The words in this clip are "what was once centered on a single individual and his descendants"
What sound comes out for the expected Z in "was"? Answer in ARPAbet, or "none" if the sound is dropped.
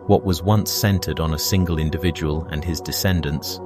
Z